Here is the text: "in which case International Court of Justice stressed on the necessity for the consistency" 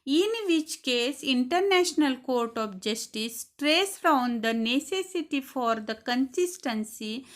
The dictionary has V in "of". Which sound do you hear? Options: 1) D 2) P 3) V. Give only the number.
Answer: 2